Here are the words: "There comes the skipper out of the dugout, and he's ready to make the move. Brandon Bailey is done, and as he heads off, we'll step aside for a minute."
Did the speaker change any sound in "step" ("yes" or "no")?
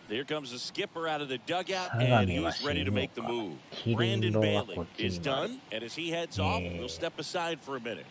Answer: no